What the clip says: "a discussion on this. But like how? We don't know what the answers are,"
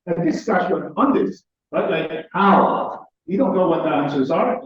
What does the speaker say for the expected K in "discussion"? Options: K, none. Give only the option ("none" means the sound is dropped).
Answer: none